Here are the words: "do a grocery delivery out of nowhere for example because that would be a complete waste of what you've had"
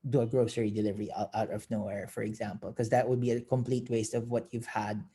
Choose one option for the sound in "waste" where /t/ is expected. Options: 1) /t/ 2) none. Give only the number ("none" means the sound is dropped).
1